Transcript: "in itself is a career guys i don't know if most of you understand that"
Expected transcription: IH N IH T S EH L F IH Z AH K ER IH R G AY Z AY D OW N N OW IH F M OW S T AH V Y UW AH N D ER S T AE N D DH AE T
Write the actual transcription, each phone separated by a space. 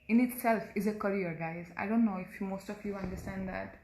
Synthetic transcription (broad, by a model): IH N IH T S EH L F IH Z AH K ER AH R G AY Z AY D OW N N OW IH F M OW S T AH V Y UW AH N D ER S T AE N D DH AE T